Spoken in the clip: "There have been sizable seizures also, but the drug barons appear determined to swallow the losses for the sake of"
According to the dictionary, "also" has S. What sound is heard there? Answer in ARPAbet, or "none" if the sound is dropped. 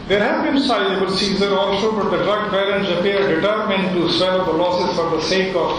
SH